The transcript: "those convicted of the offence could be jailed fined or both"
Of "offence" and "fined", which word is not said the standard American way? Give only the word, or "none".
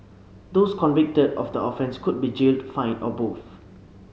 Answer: fined